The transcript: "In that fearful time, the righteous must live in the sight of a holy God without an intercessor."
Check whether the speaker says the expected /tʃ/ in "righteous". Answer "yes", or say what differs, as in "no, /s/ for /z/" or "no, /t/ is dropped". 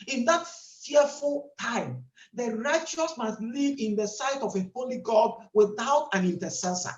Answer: yes